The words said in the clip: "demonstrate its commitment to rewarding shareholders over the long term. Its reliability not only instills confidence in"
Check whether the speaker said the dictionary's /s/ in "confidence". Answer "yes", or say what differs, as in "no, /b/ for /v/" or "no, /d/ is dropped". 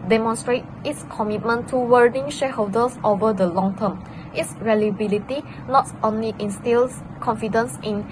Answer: yes